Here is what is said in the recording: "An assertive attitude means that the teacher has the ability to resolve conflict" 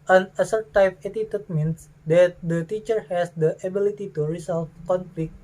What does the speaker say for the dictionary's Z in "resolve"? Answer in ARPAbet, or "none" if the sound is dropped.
S